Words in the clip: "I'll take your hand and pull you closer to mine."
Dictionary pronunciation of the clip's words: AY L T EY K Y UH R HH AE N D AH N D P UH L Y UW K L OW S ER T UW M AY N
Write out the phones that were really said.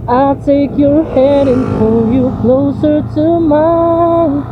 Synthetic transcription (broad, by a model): AY L T EY K Y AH R HH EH D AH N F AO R Y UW K L OW S ER T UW M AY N